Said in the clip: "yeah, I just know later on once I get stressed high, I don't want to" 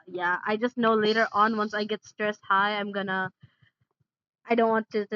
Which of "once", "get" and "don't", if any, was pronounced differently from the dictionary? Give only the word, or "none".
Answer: none